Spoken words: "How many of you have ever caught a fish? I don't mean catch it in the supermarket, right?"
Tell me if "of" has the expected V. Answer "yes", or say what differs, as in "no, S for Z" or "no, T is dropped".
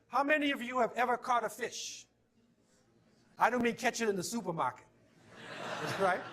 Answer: yes